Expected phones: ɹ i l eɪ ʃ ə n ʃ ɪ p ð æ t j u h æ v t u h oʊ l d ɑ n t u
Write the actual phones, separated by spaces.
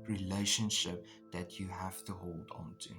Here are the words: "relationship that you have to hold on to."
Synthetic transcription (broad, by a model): ɹ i l eɪ ʃ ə n ʃ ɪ p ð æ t j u h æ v t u h oʊ l d ɑ n t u